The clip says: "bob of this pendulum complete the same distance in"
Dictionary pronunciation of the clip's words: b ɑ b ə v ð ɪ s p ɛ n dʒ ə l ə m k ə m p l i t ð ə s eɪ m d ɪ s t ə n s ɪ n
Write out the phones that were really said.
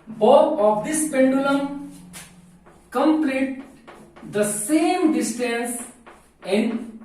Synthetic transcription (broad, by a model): b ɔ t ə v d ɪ s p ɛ n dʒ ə l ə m k ə m p l i t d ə s eɪ m d ɪ s t ə n s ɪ n